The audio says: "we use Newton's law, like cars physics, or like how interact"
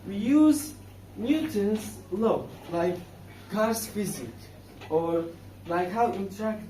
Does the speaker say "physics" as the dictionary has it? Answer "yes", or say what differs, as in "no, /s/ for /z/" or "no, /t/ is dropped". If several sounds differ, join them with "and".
no, /s/ is dropped